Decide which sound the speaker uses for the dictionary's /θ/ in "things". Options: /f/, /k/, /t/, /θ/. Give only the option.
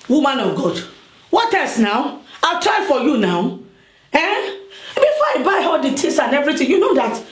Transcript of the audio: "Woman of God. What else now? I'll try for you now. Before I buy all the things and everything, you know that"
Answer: /t/